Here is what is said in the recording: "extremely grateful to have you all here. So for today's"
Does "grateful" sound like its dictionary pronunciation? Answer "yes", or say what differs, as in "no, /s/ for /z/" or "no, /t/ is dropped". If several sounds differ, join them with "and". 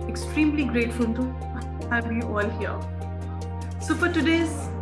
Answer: no, /n/ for /l/